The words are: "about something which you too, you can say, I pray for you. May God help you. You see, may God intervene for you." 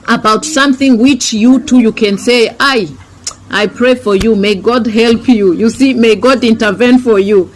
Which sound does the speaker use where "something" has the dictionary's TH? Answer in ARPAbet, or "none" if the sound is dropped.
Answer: TH